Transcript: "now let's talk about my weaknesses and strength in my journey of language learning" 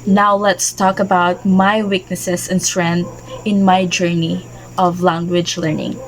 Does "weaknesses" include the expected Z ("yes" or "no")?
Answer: no